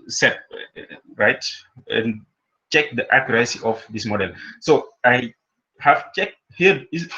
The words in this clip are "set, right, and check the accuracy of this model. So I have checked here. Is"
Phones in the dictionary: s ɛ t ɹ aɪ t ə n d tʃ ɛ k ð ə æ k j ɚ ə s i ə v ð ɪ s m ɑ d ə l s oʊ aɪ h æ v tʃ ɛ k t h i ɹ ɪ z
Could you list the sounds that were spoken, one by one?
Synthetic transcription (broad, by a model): s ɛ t ɹ aɪ t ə n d tʃ ɛ k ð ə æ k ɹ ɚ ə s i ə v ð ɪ s m ɑ d ə l s oʊ aɪ h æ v tʃ ɛ k t h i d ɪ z